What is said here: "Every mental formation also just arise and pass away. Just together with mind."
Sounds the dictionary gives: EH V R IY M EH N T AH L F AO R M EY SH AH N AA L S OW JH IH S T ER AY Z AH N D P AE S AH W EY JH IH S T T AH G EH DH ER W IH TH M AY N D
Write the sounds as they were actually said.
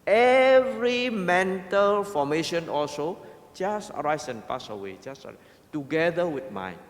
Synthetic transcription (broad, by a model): EH V R IY M EH N T AH L F AO M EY SH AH N AA L S OW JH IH S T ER AY S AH N P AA S AH W EY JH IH S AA T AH G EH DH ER W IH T M AY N